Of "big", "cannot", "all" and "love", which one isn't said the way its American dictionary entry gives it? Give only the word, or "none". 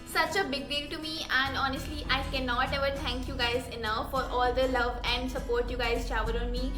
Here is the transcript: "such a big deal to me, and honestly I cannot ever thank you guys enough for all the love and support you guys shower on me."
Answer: none